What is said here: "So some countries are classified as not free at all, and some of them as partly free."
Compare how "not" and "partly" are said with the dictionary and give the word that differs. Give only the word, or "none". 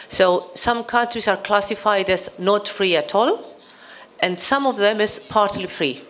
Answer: none